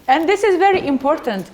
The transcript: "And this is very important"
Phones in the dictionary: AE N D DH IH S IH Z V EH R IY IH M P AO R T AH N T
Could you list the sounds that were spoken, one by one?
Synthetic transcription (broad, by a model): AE N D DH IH S IH Z V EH R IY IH M P AO R T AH N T